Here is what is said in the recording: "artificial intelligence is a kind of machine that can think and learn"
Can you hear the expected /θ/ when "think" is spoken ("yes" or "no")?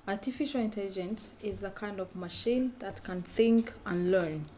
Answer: yes